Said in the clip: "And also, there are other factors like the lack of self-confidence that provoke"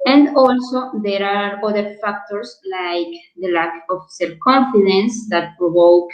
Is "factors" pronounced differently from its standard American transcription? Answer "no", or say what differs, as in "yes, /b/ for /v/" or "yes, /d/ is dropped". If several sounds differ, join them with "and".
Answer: yes, /s/ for /z/